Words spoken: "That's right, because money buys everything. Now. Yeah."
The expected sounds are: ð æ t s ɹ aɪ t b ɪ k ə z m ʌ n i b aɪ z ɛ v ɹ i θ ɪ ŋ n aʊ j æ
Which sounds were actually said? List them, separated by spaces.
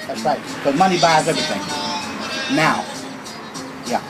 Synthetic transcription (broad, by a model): ð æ t s ɹ aɪ t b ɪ ə m ʌ n i b aɪ z ɛ v ɹ i θ ɪ ŋ n aʊ j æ